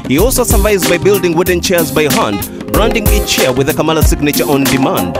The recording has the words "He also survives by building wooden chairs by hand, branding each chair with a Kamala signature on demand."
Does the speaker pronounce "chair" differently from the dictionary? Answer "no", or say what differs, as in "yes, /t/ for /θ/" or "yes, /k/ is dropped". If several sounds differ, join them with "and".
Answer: no